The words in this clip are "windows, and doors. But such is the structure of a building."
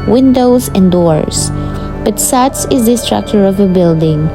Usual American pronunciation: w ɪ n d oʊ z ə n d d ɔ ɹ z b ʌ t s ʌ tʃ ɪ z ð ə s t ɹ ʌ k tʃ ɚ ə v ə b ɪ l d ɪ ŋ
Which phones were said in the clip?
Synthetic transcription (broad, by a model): w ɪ n d oʊ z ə n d d ɔ ɹ s b ʌ t s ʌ s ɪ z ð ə s t ɹ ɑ k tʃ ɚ ə v ə b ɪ l d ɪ ŋ